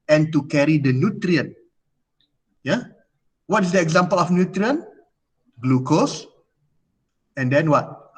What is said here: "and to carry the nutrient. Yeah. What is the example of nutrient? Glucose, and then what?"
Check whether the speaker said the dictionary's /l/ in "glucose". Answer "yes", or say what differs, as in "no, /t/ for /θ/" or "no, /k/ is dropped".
yes